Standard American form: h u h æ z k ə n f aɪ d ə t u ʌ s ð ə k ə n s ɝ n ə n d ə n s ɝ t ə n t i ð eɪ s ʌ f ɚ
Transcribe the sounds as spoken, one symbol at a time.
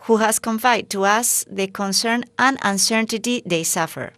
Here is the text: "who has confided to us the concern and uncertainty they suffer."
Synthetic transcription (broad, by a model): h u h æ s k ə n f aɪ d t u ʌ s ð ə k ə n s ɝ n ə n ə n s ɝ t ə t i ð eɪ s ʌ f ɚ